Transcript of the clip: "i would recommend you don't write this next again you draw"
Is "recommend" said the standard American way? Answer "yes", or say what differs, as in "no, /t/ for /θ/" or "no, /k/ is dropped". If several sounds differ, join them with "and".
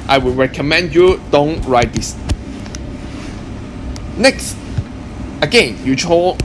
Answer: yes